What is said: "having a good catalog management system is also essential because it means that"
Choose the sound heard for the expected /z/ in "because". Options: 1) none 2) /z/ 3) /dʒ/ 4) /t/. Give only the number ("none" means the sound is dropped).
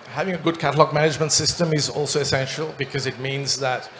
2